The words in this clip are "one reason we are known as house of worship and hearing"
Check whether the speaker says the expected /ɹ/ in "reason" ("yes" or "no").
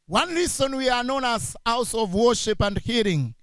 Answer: no